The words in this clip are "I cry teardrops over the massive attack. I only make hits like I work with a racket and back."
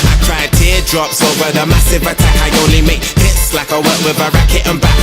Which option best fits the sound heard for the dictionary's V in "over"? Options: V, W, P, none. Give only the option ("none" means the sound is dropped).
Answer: V